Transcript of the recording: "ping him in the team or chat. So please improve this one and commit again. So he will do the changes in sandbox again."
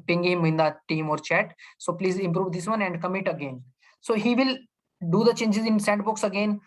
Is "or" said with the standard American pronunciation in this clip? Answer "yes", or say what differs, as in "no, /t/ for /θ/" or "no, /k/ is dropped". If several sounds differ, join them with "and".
yes